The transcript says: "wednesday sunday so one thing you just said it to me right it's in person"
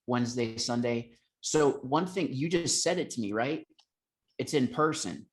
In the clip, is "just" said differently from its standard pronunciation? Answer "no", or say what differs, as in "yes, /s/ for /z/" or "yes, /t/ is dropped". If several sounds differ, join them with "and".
no